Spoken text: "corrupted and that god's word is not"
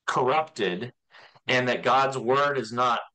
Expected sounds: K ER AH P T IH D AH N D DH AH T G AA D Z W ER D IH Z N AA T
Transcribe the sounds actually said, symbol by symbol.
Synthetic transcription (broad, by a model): K ER AH P T IH D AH N DH AH T G AA D Z W ER D IH Z N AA T